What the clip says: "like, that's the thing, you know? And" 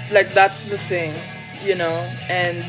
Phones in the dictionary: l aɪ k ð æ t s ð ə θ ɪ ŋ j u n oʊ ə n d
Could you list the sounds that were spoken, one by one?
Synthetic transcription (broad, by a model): l aɪ k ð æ t s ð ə s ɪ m j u n oʊ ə n